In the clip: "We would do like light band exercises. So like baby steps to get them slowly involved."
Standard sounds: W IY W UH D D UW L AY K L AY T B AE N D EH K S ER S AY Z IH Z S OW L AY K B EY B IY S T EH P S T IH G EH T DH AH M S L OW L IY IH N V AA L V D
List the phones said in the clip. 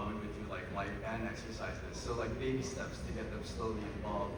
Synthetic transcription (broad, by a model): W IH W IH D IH L AY K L AY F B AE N EH K S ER S AY Z IH S OW L AY K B EY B IY S T EH P S T IH G EH T DH AH M S L OW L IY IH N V AA L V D